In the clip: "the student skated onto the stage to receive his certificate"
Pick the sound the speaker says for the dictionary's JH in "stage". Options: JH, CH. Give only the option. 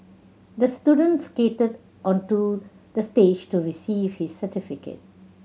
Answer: JH